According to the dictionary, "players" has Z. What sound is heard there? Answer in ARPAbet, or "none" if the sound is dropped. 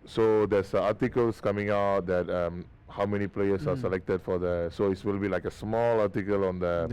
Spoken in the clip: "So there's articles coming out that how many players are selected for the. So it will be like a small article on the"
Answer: S